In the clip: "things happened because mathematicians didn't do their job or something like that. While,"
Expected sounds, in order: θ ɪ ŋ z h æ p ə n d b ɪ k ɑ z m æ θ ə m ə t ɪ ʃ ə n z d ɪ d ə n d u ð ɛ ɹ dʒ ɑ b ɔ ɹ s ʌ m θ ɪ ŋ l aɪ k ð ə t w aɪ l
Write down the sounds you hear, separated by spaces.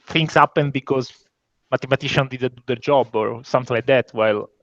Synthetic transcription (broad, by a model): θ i ŋ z h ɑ p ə n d b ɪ k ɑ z m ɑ t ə m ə t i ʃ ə n d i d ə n d u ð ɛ ɹ dʒ ɑ b ɔ ɹ s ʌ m t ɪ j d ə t w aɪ l